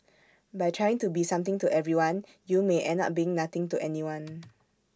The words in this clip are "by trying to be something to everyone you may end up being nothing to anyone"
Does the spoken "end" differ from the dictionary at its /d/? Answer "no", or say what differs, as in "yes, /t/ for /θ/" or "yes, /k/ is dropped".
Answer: yes, /d/ is dropped